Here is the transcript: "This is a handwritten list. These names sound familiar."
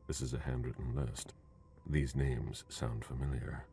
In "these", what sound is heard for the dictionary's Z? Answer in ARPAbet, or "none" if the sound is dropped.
Z